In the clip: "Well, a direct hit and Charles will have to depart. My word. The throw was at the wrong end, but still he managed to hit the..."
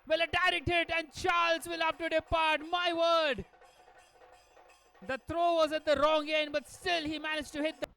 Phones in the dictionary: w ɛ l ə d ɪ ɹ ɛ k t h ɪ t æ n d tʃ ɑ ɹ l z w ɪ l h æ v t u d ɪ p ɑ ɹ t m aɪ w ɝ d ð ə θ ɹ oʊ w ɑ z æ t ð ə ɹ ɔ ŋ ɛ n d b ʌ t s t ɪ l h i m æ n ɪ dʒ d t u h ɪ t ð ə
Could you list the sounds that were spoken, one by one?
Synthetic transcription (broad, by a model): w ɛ l ə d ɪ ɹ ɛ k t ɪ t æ n d tʃ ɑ ɹ l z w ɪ l h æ f t u d ɪ p ɑ ɹ t m aɪ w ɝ d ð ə t ɹ oʊ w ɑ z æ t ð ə ɹ ɔ ŋ ɛ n b ʌ t s t ɪ l h i m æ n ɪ dʒ t u h ɪ t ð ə